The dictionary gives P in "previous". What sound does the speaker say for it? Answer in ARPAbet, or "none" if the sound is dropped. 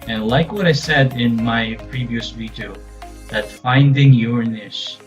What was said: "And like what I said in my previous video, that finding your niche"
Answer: P